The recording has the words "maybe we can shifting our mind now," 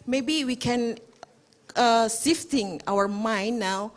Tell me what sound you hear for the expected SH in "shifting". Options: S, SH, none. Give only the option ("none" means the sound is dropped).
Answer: S